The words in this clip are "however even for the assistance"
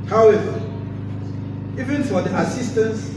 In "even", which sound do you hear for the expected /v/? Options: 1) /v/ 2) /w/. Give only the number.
1